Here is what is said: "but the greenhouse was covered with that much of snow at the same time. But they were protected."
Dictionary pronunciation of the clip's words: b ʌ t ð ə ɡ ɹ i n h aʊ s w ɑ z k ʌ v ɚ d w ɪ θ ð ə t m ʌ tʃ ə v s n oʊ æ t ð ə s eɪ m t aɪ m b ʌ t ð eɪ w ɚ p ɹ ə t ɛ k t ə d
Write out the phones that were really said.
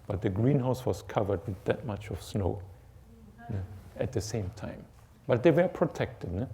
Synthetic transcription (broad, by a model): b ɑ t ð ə ɡ ɹ i n h aʊ s w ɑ s k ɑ v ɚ d w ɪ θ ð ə t m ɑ tʃ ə f s n oʊ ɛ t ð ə s eɪ m t aɪ m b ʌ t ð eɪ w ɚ p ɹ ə t ɛ k t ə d